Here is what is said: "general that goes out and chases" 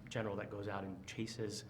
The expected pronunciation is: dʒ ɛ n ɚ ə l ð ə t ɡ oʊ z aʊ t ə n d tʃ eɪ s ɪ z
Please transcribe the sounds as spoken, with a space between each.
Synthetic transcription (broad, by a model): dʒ ɛ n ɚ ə l ð ə t ɡ oʊ z aʊ t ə n tʃ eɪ s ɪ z